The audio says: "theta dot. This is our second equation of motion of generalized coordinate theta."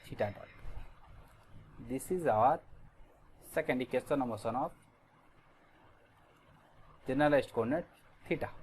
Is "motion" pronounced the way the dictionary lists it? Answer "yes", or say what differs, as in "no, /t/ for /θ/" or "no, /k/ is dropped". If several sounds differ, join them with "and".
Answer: no, /s/ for /ʃ/